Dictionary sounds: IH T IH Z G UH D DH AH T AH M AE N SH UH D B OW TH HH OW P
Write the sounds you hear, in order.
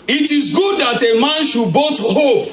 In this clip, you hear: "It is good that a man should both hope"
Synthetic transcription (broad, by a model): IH T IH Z G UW D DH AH T AH M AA N SH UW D B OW T HH OW P